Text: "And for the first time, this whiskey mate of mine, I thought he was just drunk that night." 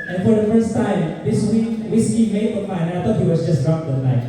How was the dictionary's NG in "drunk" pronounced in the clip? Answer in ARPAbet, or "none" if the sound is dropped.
none